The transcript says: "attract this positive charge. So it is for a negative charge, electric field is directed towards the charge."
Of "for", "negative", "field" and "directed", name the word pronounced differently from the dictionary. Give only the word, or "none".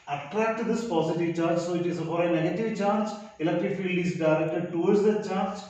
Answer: for